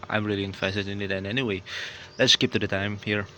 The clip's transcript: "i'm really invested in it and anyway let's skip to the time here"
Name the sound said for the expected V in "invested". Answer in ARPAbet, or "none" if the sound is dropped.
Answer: F